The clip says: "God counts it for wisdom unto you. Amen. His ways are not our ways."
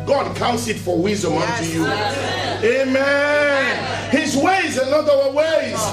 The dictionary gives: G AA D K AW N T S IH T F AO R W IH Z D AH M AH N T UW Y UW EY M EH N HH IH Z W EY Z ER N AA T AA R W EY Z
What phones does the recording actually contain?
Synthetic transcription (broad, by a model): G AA D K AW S IH T F AO R W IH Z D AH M AH N T UW Y UW EY M EH N HH IH Z W EY Z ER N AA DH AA W W EY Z